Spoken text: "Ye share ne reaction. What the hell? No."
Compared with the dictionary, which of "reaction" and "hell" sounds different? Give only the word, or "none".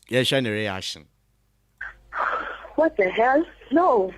reaction